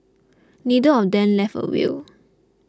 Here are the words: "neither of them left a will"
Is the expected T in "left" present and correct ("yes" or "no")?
no